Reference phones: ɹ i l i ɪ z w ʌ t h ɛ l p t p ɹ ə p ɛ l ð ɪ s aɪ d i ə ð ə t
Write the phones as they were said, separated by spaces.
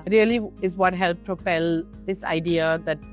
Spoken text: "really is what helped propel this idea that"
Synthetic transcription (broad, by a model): ɹ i l i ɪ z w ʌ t h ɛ l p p ə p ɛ l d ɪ s aɪ d i ə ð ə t